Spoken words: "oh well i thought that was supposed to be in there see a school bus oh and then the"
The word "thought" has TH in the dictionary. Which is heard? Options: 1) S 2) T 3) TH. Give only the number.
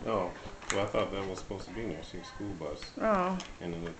3